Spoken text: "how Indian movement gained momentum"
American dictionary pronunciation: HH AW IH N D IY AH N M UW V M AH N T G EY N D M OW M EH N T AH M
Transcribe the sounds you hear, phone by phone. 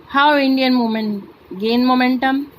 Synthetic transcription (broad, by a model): HH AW IH N D IY AH N M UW M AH N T G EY N M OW M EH N T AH M